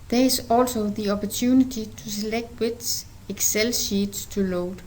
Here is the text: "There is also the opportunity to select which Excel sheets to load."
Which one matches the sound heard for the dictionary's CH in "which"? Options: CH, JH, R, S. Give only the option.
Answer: S